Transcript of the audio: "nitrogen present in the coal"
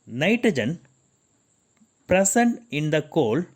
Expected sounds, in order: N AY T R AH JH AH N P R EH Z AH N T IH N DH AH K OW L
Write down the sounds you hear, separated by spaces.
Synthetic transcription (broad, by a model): N AY T R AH JH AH N P R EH S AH N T IH N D AH K OW L